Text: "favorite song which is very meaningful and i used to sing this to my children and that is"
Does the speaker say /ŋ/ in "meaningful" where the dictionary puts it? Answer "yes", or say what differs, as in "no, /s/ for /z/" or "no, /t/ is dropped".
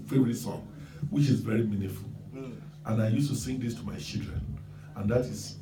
no, /ŋ/ is dropped